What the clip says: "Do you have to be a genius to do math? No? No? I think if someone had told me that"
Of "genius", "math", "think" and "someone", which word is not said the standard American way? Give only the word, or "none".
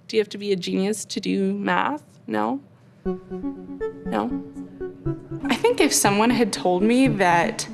none